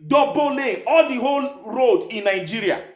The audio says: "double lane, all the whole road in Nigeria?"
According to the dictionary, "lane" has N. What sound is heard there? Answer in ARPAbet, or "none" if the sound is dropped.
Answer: none